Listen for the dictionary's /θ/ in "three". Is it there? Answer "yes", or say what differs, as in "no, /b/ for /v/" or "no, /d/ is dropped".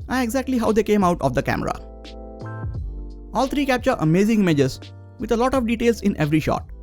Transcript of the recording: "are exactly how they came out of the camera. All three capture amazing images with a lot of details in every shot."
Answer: no, /t/ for /θ/